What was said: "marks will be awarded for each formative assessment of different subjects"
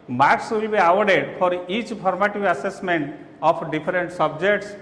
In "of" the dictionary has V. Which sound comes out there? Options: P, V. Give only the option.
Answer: P